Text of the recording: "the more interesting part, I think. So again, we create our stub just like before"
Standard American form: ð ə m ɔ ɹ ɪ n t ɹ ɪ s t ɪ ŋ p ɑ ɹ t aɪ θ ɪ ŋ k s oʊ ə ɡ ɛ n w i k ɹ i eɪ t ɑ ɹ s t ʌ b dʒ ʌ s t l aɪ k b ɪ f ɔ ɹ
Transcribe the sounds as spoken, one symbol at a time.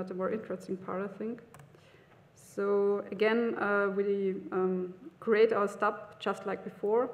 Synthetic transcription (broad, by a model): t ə m ɔ ɹ ɪ n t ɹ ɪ s t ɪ ŋ p ɑ ɹ t aɪ θ ɪ ŋ k s oʊ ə ɡ ɛ n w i k ɹ i eɪ t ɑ s t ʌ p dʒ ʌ s t l aɪ k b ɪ f ɔ ɹ